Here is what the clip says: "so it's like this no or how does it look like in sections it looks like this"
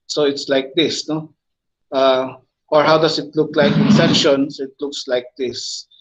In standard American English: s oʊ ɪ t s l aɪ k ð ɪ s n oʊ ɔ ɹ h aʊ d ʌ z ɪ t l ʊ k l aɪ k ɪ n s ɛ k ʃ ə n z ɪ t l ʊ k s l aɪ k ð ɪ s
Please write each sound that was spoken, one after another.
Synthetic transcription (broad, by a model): s oʊ ɪ t s l aɪ k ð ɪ s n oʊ ɔ ɹ h aʊ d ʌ s ɪ t l ʊ k l aɪ k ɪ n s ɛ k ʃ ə n s ɪ t l ʊ k s l aɪ k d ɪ s